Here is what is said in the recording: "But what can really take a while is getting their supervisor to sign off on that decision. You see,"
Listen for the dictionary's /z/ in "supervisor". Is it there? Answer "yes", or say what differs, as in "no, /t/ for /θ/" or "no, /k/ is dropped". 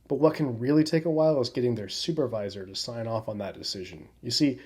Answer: yes